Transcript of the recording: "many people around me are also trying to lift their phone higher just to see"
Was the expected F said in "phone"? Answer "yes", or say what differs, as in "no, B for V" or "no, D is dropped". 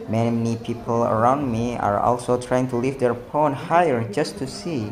no, P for F